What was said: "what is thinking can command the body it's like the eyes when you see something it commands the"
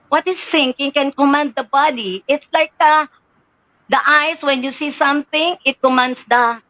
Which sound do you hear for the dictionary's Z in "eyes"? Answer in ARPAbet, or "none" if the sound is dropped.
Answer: S